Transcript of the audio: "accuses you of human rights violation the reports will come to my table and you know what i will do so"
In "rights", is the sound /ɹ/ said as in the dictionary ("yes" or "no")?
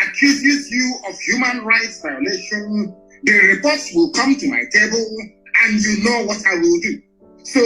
yes